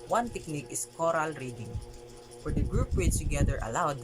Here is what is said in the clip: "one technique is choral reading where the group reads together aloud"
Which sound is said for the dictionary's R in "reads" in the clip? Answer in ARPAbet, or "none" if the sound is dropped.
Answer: W